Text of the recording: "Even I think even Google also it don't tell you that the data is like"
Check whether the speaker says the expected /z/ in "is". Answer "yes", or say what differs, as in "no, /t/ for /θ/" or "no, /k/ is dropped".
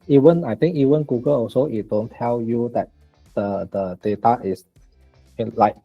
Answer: no, /s/ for /z/